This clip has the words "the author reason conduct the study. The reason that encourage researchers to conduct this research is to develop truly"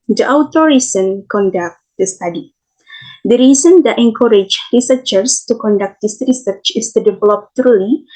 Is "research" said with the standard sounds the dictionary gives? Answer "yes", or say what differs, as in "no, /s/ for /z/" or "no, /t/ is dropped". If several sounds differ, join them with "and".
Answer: yes